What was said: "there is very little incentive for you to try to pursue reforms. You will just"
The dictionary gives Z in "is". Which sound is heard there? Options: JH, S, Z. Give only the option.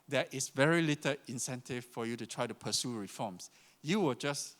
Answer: S